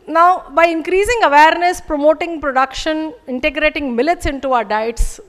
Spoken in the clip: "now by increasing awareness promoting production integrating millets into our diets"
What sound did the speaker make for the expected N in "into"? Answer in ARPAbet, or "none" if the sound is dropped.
N